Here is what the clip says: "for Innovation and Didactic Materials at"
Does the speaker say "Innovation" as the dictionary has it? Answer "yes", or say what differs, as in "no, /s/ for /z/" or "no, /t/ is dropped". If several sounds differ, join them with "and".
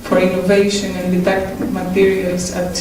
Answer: yes